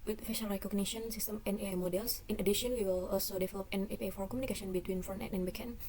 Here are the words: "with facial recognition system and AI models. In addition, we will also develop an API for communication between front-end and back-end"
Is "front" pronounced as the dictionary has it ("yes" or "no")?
no